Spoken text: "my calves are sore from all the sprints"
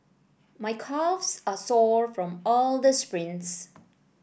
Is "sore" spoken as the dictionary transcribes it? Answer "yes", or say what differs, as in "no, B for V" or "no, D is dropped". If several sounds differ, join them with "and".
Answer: yes